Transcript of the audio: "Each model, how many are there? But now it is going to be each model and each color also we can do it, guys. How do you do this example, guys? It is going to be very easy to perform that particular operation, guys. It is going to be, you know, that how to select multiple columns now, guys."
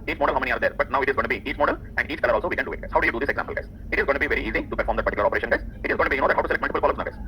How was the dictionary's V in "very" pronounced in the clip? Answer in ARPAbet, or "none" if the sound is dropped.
V